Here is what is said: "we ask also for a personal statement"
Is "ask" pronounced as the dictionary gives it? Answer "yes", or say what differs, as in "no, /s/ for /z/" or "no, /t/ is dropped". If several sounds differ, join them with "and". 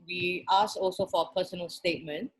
no, /k/ is dropped